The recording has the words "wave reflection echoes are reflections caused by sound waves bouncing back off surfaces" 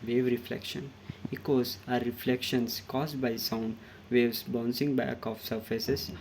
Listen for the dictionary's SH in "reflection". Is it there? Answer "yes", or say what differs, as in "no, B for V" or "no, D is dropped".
yes